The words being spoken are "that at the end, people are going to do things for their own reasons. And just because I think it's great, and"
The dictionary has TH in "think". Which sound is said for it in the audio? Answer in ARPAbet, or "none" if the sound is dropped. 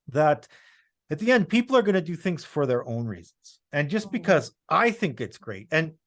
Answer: TH